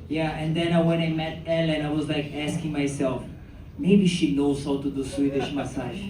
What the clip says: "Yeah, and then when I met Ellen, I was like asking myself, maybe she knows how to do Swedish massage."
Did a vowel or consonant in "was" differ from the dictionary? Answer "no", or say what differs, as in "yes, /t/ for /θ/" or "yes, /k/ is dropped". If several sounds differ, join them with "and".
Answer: no